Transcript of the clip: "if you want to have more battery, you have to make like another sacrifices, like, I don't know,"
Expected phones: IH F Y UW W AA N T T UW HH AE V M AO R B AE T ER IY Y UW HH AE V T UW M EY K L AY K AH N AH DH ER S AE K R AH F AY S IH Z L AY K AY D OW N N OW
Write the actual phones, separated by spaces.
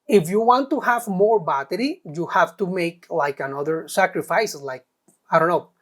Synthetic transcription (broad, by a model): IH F Y UW W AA N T T UW HH AE V M AO R B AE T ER IY Y UW HH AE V T UW M EY K L AY K AH N AH DH ER S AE K R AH F AY S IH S L AY K AY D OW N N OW